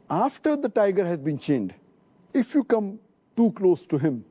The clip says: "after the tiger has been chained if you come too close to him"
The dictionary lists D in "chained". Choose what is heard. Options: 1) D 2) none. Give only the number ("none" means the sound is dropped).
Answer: 1